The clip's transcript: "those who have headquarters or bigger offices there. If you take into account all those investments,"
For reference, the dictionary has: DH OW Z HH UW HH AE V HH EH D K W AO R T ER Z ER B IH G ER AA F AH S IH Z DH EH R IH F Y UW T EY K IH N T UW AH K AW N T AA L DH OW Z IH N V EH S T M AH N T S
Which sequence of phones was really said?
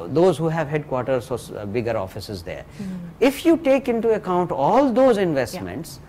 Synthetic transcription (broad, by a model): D OW Z HH UW HH AE V HH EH D K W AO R T ER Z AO B IH G ER AA F AH S IH Z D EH R IH F Y UW T EY K IH N T UW AH K AW N T AA L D OW Z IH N V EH S T M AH N T S